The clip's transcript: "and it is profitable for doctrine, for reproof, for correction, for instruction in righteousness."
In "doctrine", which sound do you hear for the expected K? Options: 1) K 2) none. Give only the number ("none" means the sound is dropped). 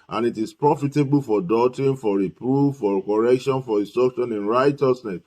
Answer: 2